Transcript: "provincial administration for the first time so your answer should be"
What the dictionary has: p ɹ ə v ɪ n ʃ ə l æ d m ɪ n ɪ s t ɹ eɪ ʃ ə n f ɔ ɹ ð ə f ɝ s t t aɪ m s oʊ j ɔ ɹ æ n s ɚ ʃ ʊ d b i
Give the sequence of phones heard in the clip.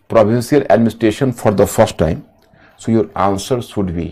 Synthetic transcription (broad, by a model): p ɹ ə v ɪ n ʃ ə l æ d m ɪ n ɪ s t ɹ eɪ ʃ ə n f ɔ ɹ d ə f ɝ s t t aɪ m s oʊ j ɔ ɹ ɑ n s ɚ s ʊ d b i